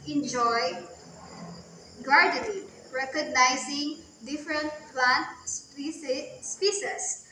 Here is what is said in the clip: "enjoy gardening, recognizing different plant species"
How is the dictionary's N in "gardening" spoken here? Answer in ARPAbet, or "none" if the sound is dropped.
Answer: L